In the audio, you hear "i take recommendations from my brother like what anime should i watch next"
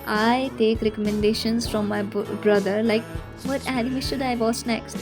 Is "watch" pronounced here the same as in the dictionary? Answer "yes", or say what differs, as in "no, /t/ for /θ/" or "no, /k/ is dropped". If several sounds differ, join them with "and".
no, /s/ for /tʃ/